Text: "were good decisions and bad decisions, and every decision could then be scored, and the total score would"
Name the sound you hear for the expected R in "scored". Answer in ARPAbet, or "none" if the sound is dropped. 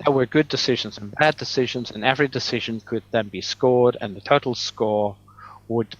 R